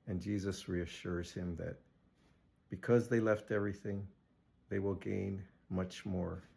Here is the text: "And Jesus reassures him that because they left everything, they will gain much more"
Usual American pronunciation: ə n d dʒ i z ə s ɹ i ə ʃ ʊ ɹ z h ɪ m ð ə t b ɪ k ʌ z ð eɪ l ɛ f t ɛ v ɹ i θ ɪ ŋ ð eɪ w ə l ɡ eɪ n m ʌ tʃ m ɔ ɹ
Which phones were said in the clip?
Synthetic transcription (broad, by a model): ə n dʒ i z ə s ɹ i ə ʃ ʊ ɹ z h ɪ m ð ə t b ɪ k ʌ z ð eɪ l ɛ f t ɛ v ɹ i θ ɪ ŋ ð eɪ w ə l ɡ eɪ n m ʌ tʃ m ɔ ɹ